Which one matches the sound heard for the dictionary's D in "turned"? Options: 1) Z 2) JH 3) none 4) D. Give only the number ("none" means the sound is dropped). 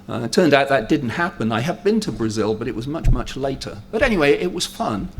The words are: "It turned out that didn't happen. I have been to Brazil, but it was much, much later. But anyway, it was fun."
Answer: 4